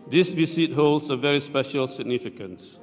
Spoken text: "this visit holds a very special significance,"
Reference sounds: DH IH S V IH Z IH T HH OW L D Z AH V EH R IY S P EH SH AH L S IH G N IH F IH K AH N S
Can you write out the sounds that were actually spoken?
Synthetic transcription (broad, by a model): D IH S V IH S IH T HH OW L D S AH V EH R IY S P EH SH AH L S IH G N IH F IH K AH N S